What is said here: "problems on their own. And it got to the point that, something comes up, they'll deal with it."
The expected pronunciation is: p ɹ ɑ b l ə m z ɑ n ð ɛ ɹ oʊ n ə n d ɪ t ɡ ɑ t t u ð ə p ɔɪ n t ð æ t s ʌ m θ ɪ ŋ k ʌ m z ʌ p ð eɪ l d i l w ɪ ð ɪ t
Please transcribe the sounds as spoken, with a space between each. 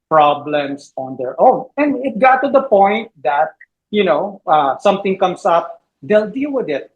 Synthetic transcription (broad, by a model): p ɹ ɑ b l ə m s ɑ n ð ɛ ɹ oʊ n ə n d ɪ t ɡ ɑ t t u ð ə p ɔɪ n t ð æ t s ʌ m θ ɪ ŋ k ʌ m s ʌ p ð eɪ l d i l w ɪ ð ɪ t